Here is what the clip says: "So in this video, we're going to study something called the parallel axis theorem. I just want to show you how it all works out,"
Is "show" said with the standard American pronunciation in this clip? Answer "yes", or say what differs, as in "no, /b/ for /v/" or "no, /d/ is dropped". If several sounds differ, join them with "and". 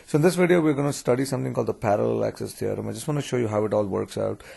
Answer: yes